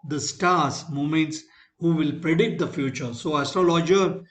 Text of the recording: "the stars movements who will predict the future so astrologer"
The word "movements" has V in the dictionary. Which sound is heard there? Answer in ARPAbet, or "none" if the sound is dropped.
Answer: none